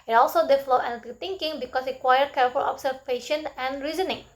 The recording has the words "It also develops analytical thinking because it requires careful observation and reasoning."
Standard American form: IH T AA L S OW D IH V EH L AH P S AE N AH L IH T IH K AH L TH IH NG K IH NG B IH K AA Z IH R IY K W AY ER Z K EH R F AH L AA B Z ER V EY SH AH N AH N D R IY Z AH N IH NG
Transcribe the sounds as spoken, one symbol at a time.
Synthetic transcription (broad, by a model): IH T AA L S OW D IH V L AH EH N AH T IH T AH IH NG K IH NG B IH K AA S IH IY K W AY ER K EH R F AH L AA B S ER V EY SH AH N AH N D R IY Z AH N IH NG